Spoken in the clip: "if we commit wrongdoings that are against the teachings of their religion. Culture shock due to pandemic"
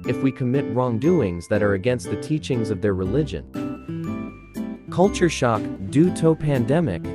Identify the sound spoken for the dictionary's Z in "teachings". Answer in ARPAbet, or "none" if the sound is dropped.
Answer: Z